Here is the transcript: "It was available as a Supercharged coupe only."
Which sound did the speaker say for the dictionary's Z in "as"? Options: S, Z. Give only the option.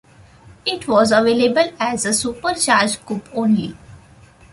Z